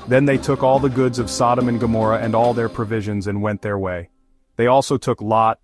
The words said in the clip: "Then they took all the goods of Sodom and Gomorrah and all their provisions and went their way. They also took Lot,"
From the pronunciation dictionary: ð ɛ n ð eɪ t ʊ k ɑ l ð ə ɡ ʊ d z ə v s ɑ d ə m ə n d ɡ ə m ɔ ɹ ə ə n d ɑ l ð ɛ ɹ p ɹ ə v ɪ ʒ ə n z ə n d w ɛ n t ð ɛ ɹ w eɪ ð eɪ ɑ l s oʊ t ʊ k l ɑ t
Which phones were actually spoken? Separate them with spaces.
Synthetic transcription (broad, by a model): ð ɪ n ð eɪ t ʊ k ɑ l ð ə ɡ ʊ d z ə v s ɑ d ə m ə n ɡ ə m ɔ ɹ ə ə n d ɑ l ð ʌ ɹ p ɹ ə v ɪ ʒ ə n z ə n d w ɛ n ð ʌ ɹ w eɪ ð eɪ ɑ l s oʊ t ʊ k l ɑ t